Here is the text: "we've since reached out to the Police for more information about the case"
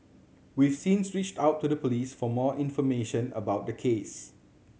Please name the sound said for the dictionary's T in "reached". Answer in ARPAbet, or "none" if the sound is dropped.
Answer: T